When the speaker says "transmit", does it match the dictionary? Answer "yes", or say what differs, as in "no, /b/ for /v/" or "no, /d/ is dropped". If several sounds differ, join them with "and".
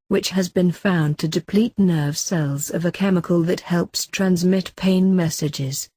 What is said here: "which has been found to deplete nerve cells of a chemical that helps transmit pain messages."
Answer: yes